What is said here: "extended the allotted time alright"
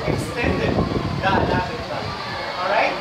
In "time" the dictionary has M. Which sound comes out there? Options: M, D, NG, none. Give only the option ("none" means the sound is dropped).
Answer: none